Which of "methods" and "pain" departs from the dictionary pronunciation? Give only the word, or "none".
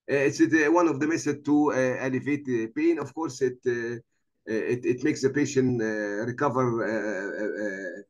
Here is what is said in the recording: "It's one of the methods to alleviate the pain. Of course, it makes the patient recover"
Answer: methods